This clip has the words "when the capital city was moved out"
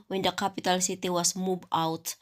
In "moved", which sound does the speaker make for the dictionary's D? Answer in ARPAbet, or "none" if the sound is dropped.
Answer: none